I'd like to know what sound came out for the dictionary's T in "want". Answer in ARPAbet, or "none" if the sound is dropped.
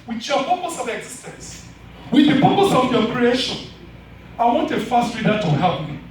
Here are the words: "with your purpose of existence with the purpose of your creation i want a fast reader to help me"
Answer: T